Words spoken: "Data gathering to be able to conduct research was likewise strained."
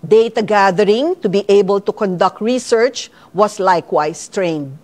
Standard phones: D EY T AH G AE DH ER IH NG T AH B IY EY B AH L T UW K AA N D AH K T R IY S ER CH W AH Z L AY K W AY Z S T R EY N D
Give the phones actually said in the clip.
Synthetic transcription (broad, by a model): D EY T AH G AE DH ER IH NG T AH B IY EY B AH L T UW K AA N D AH K T R IY S ER CH W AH S L AY K W AY S T R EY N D